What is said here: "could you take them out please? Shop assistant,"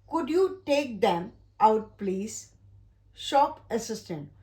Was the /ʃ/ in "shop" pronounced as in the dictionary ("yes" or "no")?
yes